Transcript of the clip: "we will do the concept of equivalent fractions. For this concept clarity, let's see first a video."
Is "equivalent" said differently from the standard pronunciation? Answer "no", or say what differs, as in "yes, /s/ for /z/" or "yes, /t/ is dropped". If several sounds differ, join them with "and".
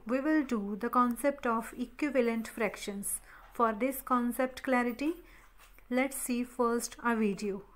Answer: no